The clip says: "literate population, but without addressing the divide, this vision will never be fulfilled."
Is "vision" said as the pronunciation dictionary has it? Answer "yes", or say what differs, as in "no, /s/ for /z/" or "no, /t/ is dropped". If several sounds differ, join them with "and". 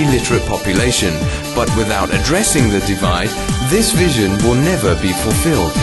yes